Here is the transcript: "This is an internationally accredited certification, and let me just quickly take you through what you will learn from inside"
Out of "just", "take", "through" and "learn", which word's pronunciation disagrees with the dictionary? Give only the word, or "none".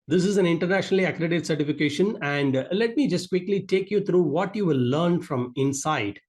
through